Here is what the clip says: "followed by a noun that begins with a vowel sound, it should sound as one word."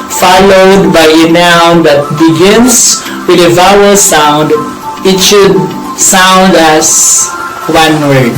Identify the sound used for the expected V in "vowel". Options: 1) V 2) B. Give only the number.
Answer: 1